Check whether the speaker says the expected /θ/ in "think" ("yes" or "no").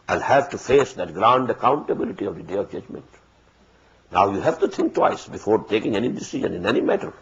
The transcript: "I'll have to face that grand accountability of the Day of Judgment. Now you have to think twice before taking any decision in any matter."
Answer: no